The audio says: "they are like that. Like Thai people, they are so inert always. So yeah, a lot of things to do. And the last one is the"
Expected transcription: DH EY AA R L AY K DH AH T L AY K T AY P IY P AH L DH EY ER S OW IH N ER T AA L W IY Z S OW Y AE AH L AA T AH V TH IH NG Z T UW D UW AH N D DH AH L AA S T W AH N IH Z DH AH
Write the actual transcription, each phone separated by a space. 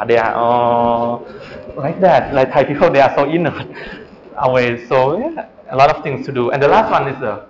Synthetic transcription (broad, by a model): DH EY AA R L AY K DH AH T L AY K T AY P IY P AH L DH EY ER S OW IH N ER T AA W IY S OW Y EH AH L AA T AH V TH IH NG S T UW D UW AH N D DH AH L AA S T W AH N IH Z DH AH